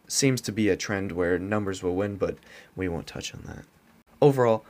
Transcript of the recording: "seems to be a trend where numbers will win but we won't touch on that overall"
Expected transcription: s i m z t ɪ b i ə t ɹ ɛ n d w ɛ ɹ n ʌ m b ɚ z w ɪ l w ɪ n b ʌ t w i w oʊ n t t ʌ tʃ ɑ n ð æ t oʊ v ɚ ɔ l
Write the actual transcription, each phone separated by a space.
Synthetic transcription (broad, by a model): s i m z t ɪ b i ə t ɹ ɛ n d w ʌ ɹ n ʌ m b ɚ z w ɪ l w ɪ n b ʌ t w i w oʊ n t t ʌ tʃ n ð æ t oʊ v ɚ ɔ l